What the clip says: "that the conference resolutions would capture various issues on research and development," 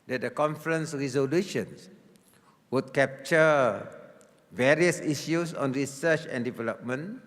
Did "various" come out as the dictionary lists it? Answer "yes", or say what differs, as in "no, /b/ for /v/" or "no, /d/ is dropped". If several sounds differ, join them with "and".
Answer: yes